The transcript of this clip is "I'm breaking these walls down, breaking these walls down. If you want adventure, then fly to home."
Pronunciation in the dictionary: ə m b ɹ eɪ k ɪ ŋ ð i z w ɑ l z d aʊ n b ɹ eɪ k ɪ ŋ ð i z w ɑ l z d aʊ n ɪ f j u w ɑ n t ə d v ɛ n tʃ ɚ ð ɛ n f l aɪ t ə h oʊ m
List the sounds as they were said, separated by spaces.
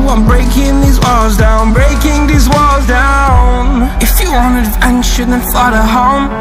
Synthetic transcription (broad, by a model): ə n b ɹ eɪ k ɪ ŋ ð i z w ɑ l z d aʊ n b ɹ eɪ k ɪ ŋ ð i z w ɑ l z d aʊ n ɪ f j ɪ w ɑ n ə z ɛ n ʃ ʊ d n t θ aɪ t ə h oʊ m